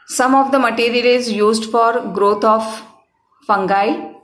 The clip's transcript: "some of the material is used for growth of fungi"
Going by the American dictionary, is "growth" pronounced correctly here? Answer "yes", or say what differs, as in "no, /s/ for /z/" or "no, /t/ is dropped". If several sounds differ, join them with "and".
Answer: no, /t/ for /θ/